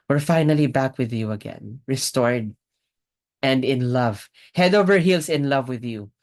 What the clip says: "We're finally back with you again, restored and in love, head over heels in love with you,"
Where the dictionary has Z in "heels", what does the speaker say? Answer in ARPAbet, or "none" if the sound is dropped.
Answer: S